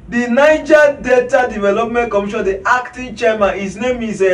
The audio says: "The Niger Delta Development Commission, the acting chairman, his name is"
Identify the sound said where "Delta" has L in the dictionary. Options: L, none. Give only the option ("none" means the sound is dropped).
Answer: none